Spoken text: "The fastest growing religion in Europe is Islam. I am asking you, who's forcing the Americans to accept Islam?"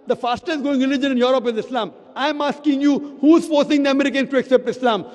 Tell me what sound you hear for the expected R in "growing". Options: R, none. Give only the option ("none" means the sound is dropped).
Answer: none